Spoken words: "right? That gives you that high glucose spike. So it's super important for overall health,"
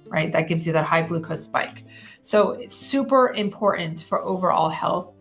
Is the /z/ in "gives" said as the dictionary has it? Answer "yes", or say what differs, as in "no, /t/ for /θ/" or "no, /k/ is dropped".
yes